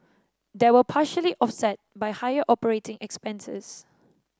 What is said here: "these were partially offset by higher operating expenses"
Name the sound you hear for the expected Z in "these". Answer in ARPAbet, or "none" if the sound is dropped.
none